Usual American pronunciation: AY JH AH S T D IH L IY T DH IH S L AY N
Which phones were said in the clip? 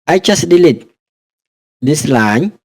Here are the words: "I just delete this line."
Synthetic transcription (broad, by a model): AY CH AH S D IH L IY T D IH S L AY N